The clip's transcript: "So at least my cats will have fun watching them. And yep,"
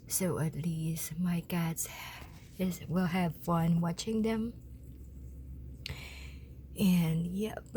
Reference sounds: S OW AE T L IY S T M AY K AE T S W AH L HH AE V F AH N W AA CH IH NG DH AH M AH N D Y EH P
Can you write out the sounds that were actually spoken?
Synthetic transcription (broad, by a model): S OW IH T L IY S T M AY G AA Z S W AH L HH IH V F AH N W AA CH IH NG DH AH M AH N Y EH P